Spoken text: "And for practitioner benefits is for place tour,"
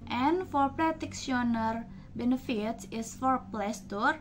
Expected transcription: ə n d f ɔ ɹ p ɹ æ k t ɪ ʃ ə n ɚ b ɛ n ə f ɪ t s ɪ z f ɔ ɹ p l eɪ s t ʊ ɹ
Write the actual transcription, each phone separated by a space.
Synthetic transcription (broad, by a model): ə n f ɔ ɹ p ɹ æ t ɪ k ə n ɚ b ɛ n ə f ɪ t s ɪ s f ɔ ɹ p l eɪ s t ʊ ɹ